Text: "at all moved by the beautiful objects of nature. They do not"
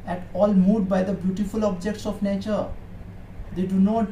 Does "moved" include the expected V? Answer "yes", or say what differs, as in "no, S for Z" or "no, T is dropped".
no, V is dropped